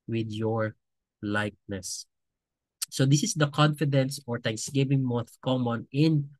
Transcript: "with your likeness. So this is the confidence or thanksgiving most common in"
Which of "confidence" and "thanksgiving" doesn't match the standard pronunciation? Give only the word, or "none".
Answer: thanksgiving